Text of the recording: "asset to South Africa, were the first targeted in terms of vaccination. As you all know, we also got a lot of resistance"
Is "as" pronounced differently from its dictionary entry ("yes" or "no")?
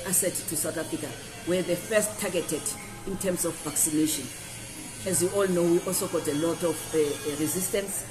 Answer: no